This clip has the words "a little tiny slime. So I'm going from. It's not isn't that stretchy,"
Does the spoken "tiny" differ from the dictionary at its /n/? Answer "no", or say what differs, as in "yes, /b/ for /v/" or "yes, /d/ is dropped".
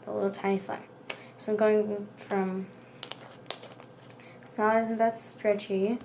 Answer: yes, /n/ is dropped